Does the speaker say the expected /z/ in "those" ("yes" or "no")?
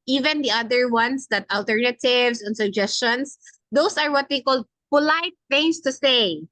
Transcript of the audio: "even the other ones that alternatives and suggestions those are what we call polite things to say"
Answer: no